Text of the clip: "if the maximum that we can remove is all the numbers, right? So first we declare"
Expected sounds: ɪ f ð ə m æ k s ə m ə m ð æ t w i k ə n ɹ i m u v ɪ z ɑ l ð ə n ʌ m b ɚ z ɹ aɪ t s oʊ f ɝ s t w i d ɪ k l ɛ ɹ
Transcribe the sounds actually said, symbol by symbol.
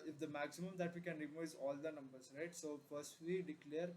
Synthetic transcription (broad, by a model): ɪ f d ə m æ k s ə m ə m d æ t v i k ə n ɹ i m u ɪ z ɑ l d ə n ʌ m b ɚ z ɹ aɪ t s oʊ f ɝ s t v i d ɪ k l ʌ ɹ